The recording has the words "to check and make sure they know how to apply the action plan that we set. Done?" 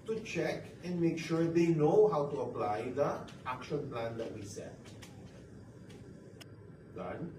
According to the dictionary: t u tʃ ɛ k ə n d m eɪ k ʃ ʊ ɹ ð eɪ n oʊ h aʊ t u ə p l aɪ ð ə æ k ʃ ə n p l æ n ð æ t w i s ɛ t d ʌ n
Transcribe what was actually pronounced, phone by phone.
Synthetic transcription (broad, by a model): t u tʃ ɛ k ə n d m eɪ k ʃ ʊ ɹ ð eɪ n oʊ h aʊ t u ə p l aɪ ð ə æ k ʃ ə n p l æ n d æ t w i s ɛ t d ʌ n